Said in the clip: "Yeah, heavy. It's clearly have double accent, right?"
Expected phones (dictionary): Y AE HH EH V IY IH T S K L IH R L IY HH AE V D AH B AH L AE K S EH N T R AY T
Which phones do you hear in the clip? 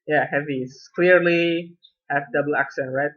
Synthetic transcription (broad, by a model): Y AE HH EH V IY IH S K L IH R L IY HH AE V D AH B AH L AE K S EH N T R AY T